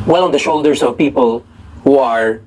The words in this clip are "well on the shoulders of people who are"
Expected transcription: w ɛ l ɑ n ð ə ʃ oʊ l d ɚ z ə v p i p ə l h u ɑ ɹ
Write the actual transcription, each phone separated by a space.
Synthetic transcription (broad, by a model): w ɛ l ɑ n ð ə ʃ oʊ l d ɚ s ə v p i p ə l h u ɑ ɹ